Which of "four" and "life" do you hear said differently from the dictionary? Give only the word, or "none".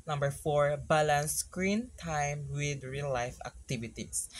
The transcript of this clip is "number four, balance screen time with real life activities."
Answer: none